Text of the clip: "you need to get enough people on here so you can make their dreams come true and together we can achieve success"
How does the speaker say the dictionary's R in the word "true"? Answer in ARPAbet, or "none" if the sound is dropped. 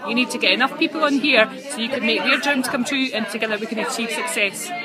R